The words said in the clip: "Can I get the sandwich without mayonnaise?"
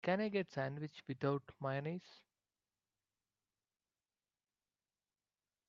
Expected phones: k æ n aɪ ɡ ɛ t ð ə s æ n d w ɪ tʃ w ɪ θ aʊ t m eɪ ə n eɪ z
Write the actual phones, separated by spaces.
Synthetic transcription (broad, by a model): k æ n aɪ ɡ ɛ t s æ n d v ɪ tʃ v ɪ t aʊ t m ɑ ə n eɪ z